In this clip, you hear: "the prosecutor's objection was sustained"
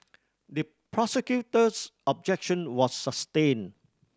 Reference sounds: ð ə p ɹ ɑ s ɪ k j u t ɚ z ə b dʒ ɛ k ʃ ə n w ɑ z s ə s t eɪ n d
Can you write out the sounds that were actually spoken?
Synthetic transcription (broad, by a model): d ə p ɹ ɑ s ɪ k j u t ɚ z ə b dʒ ɛ k ʃ ə n w ɑ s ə s t eɪ n